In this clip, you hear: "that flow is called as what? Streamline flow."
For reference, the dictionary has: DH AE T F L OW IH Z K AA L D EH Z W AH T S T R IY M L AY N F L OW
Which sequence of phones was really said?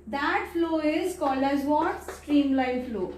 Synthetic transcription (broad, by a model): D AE T F L OW IH Z K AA L EH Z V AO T S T R IY M L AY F L OW